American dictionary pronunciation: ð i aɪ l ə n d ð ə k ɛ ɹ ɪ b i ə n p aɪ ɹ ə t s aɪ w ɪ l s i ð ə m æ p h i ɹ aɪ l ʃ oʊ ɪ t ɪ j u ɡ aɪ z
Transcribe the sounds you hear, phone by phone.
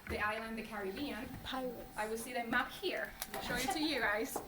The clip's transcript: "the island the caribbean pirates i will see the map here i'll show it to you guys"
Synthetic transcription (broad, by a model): ð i aɪ l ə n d ð ə k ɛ ɹ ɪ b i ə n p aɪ w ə t aɪ w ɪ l s i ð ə m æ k h i ɹ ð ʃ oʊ ɪ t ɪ j u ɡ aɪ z